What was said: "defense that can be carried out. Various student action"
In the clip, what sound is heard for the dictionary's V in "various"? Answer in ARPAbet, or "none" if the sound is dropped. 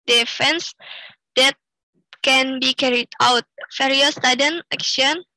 F